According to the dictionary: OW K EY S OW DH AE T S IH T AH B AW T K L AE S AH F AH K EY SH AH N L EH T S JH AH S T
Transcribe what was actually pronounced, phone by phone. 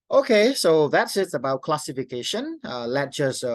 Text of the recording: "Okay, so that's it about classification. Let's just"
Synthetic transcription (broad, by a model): OW K EY S OW DH AE T S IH T AH B AW T K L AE S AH F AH K EY SH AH N L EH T JH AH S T